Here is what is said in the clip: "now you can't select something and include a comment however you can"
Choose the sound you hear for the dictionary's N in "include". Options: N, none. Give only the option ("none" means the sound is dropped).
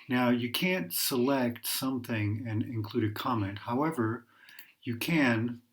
N